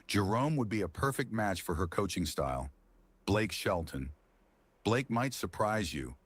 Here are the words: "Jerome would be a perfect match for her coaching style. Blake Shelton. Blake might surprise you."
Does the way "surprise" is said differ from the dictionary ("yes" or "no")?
no